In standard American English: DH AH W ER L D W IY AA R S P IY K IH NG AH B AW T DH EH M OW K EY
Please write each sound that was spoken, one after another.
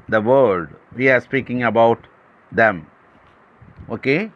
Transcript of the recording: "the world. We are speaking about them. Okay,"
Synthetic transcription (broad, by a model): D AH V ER D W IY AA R S P IY K IH NG AH B AW T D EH M OW K EY